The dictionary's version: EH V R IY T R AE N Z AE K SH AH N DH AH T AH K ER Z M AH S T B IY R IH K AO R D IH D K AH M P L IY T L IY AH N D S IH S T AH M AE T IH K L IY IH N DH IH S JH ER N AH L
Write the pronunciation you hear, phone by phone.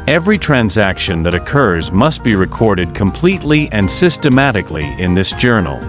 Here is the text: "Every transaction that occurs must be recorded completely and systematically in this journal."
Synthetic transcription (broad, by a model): EH V R IY T R AE N Z AE K SH AH N DH AH T AH K ER Z M AH S T B IY R IH K AO R D IH D K AH M P L IY T L IY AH N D S IH S T AH M AE T IH K L IY IH N DH IH S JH ER N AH L